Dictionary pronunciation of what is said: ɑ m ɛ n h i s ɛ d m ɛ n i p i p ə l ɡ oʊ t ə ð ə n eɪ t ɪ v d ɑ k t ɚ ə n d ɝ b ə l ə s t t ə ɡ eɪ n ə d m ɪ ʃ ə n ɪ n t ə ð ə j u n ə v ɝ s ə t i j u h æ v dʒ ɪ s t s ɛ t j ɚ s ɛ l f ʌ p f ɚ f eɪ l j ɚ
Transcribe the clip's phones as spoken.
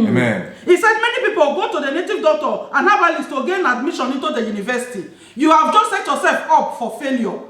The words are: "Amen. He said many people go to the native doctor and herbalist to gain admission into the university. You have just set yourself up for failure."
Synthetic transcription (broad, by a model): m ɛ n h i s ɛ d m ɛ n i p i p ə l ɡ oʊ t ə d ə n eɪ t ɪ v d ɑ k t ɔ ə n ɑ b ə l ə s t t ə ɡ eɪ n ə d m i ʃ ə n ɪ n t ə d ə j u n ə v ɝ s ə t i j u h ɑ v dʒ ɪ s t s ɛ t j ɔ s ɛ l f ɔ p f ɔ f eɪ l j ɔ